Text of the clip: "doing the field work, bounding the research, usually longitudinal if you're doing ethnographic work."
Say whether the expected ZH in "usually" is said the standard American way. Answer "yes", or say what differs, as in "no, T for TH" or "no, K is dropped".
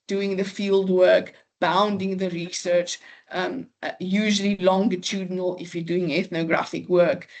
yes